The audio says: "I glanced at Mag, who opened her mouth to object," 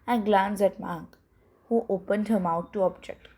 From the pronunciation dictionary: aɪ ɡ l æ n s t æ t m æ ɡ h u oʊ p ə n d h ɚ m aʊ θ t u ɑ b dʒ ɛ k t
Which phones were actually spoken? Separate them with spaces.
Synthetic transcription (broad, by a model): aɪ ɡ l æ n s æ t m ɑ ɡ h u oʊ p ə n d h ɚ m aʊ t u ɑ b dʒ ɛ k t